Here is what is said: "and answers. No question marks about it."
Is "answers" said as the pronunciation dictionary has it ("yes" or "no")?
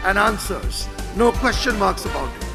yes